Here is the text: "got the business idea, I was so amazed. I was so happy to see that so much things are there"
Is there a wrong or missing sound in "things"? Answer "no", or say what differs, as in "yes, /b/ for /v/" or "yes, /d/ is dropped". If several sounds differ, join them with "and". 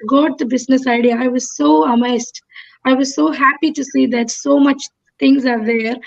yes, /t/ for /θ/